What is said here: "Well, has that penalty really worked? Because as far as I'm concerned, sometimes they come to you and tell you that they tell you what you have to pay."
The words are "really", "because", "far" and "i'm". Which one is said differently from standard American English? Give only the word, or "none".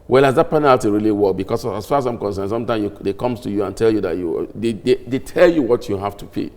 because